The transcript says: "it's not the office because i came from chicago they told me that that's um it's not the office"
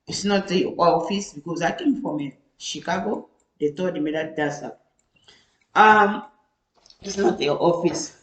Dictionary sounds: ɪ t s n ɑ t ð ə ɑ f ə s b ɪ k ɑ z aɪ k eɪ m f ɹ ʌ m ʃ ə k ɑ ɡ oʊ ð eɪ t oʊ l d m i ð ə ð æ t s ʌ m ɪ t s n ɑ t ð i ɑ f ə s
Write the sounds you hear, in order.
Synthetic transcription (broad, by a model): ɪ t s n ɑ t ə ɑ f ə s b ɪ k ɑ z aɪ k eɪ m f ɹ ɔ m ʃ ə k ɑ ɡ oʊ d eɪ t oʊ d m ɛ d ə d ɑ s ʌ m ɪ t s n ɑ t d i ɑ f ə s